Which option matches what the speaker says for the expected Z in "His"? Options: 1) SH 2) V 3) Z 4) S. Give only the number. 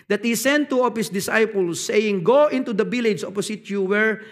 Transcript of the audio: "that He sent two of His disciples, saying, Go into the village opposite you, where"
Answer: 4